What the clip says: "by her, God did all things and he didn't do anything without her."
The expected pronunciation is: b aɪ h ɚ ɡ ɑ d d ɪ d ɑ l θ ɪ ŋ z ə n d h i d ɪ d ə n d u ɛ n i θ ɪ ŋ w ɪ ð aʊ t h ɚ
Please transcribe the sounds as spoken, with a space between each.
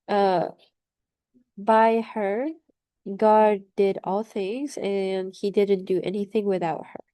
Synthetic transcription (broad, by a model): b aɪ h ɚ ɡ ɑ d d ɪ d ɑ l θ ɪ ŋ z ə n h i d ɪ d n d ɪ ɛ n i θ ɪ ŋ w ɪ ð aʊ t h ɚ